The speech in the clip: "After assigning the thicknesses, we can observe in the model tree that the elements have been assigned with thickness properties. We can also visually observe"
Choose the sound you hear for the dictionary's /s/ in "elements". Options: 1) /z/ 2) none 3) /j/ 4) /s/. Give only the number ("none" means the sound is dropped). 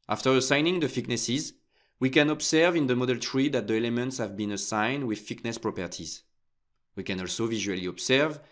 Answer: 4